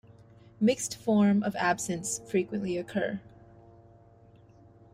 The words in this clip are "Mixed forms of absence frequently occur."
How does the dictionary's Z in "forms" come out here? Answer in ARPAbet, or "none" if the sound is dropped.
none